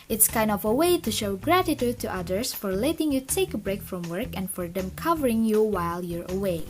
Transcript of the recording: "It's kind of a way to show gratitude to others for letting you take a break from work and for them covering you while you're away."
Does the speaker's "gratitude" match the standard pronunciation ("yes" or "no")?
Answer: yes